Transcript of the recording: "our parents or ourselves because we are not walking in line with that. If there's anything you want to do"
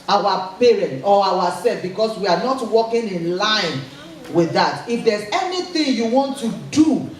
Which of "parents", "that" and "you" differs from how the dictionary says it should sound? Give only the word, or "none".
parents